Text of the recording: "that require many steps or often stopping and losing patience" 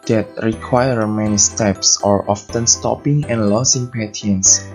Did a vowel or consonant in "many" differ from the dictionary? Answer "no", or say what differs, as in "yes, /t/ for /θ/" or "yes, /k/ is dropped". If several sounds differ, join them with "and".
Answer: no